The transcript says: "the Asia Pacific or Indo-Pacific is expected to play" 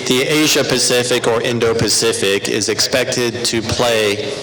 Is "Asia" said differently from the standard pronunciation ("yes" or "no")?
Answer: no